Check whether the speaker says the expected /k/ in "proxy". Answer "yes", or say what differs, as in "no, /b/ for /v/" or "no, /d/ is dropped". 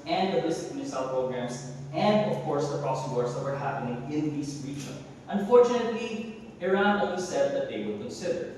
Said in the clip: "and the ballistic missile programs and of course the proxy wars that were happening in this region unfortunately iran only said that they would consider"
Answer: no, /k/ is dropped